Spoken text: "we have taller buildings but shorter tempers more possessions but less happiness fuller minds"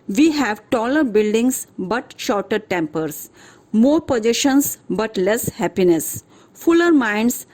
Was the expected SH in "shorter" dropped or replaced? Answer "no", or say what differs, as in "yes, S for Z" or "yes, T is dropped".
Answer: no